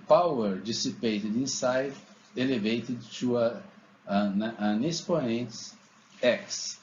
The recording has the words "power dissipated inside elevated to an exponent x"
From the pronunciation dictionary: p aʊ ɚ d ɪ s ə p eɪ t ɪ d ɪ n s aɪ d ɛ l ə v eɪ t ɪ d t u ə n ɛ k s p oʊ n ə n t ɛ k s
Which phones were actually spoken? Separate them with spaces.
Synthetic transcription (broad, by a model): p aʊ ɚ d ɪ s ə p eɪ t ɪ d ɪ n s aɪ d ɛ l ə v eɪ t ɪ d t u ə n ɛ s p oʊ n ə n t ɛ k s